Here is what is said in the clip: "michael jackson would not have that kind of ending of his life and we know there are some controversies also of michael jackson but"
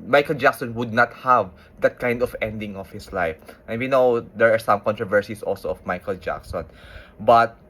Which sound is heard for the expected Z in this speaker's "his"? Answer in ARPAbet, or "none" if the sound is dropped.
S